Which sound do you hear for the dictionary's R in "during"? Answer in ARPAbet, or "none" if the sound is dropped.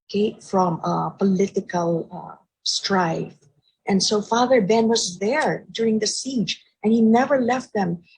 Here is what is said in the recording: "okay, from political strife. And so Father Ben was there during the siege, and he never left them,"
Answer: R